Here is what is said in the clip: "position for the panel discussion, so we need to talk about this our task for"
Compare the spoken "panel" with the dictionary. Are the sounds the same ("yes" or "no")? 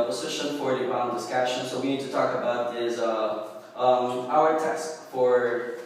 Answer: no